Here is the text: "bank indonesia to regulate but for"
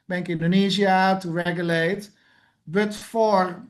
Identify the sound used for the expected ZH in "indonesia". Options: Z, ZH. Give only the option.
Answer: Z